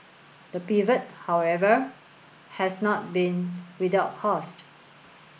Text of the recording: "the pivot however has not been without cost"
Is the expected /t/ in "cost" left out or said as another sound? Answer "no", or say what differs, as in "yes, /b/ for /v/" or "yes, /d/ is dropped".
no